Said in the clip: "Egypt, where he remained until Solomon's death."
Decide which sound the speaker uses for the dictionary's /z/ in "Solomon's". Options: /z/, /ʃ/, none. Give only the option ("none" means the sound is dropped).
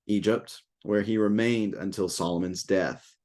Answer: /z/